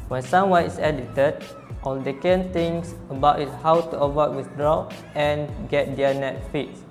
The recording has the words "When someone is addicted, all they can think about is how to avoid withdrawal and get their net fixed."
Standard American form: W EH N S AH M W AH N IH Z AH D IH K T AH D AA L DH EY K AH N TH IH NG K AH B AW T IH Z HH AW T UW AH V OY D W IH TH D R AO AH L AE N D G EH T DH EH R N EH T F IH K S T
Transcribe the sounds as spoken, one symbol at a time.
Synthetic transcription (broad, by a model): W EH N S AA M W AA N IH S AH D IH T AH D AA L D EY K AH N T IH NG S AH B AW T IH S HH AW T UW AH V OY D W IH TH D R AO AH N G EH T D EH N EH T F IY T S